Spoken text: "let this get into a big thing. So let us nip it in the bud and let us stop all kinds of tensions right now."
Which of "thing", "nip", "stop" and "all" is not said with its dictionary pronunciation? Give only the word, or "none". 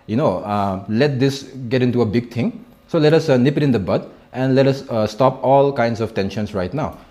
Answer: thing